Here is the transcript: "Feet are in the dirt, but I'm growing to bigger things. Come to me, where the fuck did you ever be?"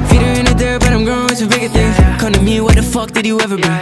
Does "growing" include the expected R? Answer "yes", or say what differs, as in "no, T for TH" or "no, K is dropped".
no, R is dropped